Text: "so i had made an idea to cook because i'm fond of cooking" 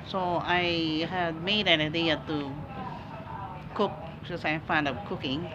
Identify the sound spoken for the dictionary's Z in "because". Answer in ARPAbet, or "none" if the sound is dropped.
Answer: none